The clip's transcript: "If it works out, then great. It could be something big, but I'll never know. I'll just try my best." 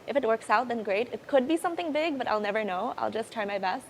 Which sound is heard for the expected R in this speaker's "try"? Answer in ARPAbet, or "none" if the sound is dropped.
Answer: none